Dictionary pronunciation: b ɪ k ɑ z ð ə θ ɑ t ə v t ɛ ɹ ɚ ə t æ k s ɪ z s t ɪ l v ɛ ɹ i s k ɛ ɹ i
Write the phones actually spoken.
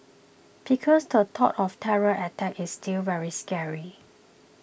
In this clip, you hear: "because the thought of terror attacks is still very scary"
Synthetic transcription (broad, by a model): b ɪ k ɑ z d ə t ɑ t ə f t ɛ ɹ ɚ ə t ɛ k ɪ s t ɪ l v ɛ ɹ i s k ɛ ɹ i